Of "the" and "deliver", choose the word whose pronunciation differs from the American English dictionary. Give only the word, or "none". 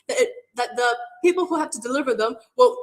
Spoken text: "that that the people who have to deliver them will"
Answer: none